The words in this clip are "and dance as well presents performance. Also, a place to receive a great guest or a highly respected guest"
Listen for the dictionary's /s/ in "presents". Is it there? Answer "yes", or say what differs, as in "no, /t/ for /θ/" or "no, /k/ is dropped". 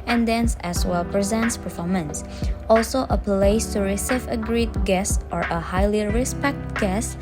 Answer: yes